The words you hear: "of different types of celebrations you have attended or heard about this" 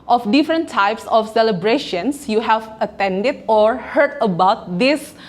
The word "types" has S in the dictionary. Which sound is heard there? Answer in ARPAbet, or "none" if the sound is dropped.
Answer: S